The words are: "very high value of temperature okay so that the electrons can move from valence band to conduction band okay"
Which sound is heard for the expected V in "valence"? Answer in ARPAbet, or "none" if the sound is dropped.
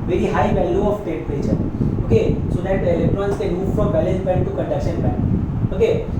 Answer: B